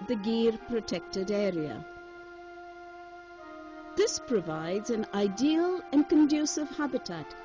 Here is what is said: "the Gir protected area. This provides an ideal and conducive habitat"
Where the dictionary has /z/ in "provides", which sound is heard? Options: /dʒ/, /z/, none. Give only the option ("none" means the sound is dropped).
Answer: /z/